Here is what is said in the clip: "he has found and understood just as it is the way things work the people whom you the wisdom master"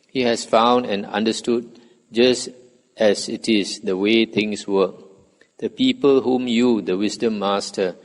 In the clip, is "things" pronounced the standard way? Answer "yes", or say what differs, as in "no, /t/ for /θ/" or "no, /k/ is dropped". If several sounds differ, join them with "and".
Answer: no, /t/ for /θ/ and /s/ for /z/